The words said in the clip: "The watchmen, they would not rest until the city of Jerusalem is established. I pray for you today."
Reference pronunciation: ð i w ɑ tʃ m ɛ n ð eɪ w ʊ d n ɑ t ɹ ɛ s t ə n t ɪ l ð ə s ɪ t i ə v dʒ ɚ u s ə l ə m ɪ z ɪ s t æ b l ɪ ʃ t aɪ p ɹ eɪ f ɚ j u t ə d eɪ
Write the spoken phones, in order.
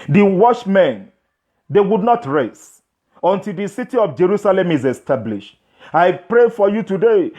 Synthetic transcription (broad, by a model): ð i w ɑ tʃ m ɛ n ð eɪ w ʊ d n ɑ t ɹ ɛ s ə n t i l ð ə s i t i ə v dʒ ɚ u s ə l ə m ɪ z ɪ s t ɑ b l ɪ ʃ t aɪ p ɹ eɪ f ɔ j u t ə d eɪ